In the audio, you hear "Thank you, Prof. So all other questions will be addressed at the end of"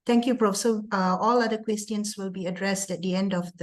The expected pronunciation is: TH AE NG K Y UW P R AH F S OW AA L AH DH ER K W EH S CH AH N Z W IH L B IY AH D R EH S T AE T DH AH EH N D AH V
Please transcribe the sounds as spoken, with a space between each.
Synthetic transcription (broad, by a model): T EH NG K Y UW P R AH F S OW AA L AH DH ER K W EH S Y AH N S W IH L B IY AH D R EH S T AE T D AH EH N D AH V